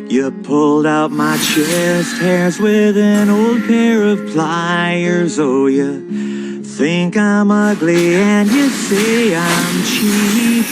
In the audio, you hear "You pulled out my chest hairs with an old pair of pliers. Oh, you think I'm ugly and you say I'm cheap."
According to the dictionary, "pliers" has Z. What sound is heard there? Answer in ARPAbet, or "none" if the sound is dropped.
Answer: Z